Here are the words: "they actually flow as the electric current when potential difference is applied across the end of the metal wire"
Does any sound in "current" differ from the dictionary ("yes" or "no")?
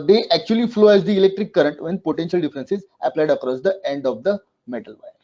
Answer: no